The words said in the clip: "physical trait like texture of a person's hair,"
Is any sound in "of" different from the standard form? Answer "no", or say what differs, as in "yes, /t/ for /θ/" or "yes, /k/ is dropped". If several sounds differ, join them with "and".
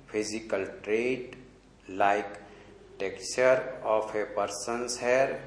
yes, /p/ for /v/